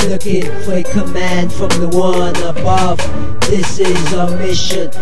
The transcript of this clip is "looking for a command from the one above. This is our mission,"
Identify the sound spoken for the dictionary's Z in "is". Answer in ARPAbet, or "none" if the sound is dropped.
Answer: Z